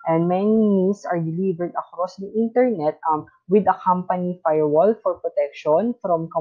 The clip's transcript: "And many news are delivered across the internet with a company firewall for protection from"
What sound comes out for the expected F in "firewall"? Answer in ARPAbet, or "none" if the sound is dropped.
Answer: F